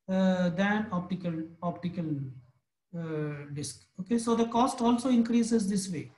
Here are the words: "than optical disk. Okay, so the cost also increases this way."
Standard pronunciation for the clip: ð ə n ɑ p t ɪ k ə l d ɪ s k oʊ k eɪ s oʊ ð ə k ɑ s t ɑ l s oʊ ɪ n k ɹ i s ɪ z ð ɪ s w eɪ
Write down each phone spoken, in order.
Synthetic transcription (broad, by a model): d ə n ɑ p t ɪ k ə l d ɪ s k oʊ k eɪ s oʊ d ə k ɑ s t ɑ l s oʊ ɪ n k ɹ i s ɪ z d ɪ s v eɪ